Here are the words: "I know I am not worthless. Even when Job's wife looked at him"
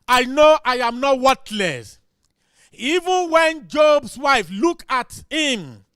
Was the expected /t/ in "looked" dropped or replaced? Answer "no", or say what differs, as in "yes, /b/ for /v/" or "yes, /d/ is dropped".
yes, /t/ is dropped